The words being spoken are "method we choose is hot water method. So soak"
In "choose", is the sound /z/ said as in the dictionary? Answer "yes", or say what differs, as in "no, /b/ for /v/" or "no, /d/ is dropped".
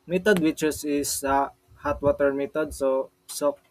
no, /s/ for /z/